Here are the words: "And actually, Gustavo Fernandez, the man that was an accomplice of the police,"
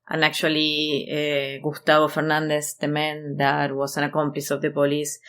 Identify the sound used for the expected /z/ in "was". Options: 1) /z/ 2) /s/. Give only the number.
2